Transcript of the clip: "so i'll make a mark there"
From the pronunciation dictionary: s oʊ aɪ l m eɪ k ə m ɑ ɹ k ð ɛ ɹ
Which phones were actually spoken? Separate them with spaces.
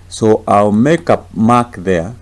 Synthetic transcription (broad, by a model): s oʊ aɪ l m eɪ k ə m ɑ k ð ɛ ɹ